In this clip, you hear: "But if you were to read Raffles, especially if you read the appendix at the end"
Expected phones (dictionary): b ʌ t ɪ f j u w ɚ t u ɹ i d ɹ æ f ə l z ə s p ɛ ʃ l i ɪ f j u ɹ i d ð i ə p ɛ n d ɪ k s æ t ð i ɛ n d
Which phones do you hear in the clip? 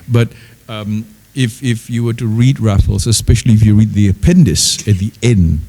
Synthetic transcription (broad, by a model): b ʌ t ɪ f j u w ɚ t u ɹ i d ɹ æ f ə l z ə s p ɛ ʃ l i ɪ f j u ɹ i d ð i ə p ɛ n d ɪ s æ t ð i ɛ n d